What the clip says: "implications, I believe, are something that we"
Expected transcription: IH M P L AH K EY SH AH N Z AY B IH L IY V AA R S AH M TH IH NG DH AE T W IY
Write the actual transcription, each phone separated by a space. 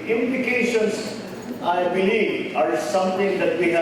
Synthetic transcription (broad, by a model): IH M P L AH K EY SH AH N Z AY B IH L IY V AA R S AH M T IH NG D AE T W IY